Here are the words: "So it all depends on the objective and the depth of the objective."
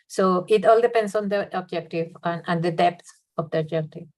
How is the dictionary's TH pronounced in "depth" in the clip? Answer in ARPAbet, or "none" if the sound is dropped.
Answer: S